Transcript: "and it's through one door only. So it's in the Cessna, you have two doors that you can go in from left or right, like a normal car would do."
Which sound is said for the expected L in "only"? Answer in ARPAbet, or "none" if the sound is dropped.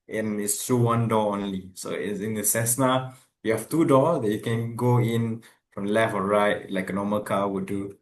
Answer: L